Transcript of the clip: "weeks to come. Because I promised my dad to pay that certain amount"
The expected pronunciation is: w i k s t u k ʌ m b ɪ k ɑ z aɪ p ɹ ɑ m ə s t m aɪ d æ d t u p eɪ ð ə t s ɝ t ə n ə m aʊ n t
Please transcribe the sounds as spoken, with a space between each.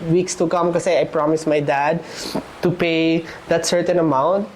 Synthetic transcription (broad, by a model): w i k s t u k ʌ m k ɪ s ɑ aɪ p ɹ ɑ m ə s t m aɪ d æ d t u p eɪ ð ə t s ɝ t ə n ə m aʊ n t